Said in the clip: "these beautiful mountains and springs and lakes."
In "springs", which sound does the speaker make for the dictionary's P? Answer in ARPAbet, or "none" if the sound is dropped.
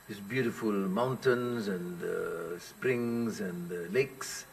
P